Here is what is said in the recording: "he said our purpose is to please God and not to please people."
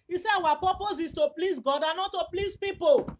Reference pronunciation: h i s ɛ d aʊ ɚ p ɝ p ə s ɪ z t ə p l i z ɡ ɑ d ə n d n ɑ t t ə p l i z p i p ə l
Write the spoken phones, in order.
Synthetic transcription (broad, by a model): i s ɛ aʊ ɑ p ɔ p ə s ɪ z t ə p l i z ɡ ɑ d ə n n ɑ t t ə p l i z p i p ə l